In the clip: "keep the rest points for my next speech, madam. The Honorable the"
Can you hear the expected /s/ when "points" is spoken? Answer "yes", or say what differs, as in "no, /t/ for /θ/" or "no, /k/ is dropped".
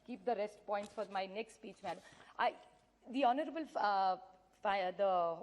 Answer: yes